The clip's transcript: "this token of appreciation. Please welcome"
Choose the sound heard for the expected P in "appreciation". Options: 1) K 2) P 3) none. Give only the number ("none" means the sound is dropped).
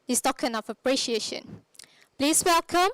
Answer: 2